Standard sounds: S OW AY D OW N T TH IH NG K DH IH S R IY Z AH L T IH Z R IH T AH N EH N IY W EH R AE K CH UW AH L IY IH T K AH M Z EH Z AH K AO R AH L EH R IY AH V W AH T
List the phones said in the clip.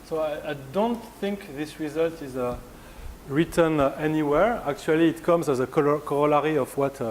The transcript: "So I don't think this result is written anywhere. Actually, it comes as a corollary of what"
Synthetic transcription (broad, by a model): S OW AY D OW N T TH IH NG K DH IH S R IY Z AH L T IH Z R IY T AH N EH N IY W EH R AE K CH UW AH L IY T K AH M Z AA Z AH K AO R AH L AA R IY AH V W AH T